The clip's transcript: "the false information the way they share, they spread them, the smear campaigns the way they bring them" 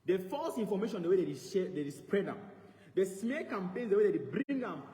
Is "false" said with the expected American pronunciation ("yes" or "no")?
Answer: yes